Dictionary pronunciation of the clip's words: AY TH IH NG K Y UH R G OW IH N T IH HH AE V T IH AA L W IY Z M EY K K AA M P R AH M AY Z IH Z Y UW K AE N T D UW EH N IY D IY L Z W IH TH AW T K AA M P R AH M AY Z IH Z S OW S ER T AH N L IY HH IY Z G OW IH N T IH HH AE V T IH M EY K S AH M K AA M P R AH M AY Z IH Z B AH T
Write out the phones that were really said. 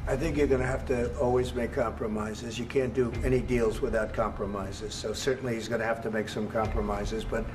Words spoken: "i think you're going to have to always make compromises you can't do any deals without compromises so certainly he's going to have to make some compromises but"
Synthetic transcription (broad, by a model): AY TH IH NG K Y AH R G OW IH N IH HH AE F T IH AA L W IY Z M EY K K AA M P R AH M AY Z IH Z Y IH K AE N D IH EH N IY D IY L Z W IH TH AW T K AA M P R AH M AY Z IH Z S OW S ER T N L IY HH IY Z G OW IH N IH HH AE F T IH M EY K S AH M K AA M P R AH M AY Z IH Z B AH T